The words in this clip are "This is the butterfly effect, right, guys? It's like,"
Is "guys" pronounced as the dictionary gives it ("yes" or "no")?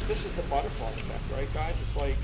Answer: yes